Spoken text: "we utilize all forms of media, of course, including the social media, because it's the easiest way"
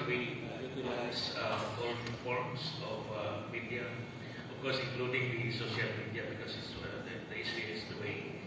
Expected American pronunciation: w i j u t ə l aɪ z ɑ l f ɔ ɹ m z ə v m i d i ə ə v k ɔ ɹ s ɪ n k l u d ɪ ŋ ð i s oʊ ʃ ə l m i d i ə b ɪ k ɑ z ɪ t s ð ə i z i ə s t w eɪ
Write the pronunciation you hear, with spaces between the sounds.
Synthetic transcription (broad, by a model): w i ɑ s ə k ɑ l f ɔ ɹ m s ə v m i d i ə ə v k ɔ ɹ s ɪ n k l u d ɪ ŋ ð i s oʊ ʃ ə l m i d i ə b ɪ k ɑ s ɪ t s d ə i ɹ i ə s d w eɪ